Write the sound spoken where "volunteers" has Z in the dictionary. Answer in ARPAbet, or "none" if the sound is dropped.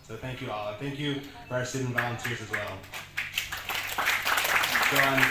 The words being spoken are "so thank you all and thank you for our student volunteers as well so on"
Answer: Z